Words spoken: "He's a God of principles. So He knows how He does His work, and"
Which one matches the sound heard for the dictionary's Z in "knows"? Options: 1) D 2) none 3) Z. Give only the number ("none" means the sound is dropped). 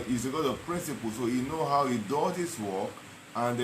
2